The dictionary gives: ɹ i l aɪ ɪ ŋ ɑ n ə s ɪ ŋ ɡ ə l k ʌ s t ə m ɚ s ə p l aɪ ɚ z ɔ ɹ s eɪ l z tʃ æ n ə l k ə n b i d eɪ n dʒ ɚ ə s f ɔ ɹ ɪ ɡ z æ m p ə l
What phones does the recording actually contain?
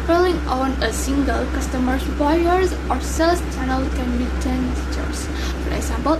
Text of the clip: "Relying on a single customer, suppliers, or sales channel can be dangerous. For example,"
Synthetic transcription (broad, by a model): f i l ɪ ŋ ɑ n ə s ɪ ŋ ɡ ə l k ʌ s t ə m ɚ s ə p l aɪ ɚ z ɔ ɹ s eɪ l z tʃ æ n ə l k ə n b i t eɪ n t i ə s f ɔ ɹ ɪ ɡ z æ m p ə l